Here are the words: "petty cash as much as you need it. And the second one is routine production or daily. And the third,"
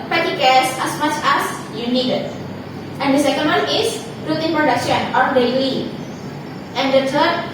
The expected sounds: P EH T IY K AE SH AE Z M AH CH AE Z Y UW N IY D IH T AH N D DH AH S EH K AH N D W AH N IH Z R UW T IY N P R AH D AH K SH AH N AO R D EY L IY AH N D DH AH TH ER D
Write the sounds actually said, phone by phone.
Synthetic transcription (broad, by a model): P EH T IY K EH S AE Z M AH CH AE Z Y UW N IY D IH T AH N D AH S EH K AH N D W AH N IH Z R UW T IY N P R AH D AH K SH AH N AO R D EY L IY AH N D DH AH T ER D